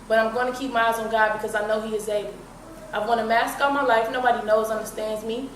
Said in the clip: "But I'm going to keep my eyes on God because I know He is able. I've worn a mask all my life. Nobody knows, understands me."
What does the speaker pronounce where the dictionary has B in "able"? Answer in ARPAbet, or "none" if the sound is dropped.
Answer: none